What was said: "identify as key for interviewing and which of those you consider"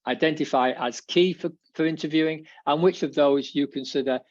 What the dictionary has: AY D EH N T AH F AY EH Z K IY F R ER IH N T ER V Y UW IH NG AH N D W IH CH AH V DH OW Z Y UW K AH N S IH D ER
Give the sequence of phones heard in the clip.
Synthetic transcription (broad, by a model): AY D EH N T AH F AY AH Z K IY F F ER IH N T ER V Y UW IH NG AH N W IH CH AH V DH OW Z Y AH K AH N S IH D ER